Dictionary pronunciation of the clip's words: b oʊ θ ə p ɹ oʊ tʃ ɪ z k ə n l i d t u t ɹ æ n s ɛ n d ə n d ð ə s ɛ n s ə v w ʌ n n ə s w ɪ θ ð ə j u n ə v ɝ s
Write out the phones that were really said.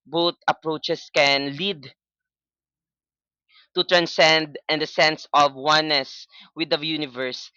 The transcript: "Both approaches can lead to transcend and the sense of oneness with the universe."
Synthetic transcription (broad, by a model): b oʊ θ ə p ɹ oʊ tʃ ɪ s k ə n l i d t u t ɹ æ n s ɛ n d ə n d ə s ɛ n s ə v w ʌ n n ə s w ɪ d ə j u n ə v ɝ s